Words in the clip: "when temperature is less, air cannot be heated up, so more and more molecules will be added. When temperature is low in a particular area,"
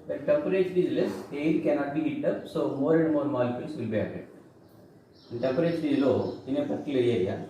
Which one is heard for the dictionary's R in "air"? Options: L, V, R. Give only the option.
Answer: L